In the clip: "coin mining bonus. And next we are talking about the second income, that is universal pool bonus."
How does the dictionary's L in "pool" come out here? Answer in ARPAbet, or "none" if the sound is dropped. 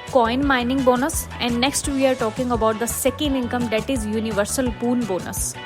N